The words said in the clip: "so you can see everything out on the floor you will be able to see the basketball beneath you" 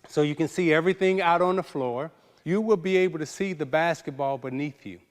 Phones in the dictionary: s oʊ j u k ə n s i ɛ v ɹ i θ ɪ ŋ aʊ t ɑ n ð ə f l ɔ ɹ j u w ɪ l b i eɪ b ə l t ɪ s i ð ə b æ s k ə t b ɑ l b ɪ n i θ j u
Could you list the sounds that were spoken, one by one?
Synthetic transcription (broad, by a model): s oʊ j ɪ k ə n s i ɛ v ɹ i θ ɪ ŋ aʊ t n ð ə f l ɔ ɹ j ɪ w ɪ l b i eɪ b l t ɪ s i ð ə b æ s k ə t b ɑ l b ɪ n i θ j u